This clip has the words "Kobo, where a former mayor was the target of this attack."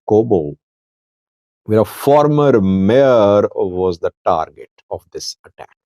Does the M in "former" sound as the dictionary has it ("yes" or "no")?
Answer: yes